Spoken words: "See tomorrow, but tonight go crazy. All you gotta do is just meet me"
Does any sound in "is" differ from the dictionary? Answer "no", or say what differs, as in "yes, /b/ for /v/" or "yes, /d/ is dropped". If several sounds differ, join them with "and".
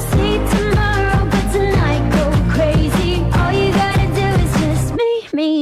no